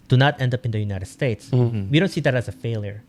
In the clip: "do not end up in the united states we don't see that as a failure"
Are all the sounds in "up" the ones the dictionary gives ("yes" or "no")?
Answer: yes